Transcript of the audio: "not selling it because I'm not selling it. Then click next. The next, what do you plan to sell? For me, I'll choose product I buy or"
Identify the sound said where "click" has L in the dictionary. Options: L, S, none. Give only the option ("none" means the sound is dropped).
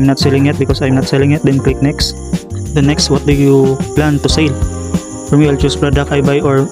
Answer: L